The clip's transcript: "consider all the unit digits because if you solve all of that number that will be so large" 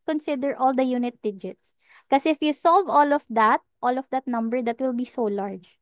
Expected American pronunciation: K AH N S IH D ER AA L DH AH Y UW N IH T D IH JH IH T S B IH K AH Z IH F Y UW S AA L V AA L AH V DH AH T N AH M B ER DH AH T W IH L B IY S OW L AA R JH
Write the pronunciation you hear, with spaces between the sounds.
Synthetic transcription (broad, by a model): K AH N S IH D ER AA L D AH Y UW N IH T D IH JH IH T S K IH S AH IH F Y UW S AA L V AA L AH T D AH T N AH M B ER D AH T W IH L B IY S OW L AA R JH